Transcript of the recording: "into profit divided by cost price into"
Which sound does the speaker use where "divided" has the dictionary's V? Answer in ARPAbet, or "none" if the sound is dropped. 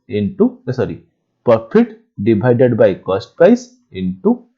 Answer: B